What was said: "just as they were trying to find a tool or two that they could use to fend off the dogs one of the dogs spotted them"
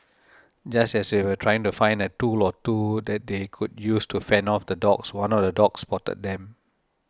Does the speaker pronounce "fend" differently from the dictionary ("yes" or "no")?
yes